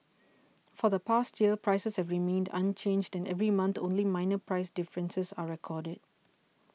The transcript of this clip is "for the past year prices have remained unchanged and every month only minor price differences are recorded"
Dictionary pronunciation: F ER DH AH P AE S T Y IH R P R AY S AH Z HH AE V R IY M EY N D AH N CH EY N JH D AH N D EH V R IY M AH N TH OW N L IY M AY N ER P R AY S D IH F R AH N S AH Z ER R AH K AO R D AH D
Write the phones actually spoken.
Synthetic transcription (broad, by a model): F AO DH AH P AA S T Y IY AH P R AY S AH S HH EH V R IY M EY N D AH N CH EY N JH D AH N EH V R IY M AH N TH OW N L IY M AY N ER P R AY S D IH F R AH N S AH S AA R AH K AO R D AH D